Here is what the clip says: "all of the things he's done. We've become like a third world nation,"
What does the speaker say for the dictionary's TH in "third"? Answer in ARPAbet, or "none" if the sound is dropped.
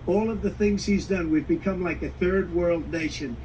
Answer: TH